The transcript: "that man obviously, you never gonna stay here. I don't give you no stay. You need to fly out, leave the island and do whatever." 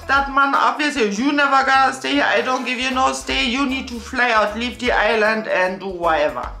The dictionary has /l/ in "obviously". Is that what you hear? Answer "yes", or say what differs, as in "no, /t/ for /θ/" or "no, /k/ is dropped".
no, /l/ is dropped